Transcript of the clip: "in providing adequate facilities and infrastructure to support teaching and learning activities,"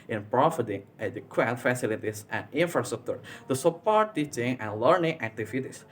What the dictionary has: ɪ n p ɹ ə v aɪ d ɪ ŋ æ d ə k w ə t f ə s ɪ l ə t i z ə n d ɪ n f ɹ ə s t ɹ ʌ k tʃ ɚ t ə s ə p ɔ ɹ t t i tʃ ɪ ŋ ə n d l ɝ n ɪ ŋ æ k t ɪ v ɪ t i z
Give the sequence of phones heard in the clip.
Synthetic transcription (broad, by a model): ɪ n p ɹ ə f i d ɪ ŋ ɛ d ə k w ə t f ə s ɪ l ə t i s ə n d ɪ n f ɹ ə s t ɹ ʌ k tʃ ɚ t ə s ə p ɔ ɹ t t i tʃ ɪ ŋ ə n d l ɝ n ɪ ŋ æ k t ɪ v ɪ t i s